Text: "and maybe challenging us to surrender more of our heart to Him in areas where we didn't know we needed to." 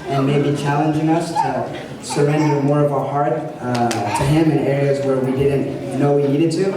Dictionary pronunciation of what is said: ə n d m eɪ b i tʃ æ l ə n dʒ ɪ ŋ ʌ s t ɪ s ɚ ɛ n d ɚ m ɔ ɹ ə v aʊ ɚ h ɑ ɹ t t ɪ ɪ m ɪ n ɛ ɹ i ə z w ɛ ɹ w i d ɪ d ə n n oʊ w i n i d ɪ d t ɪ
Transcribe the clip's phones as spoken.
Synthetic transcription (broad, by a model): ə n m eɪ b i tʃ æ l ə n dʒ ɪ ŋ ʌ s t ɪ s ɚ ɛ n d ɚ m ɔ ɹ ə v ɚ h ɑ ɹ t t ɪ ɪ m ɪ n ɛ ɹ i ə z w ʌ ɹ w i d ɪ d n n oʊ w i n i d ɪ d t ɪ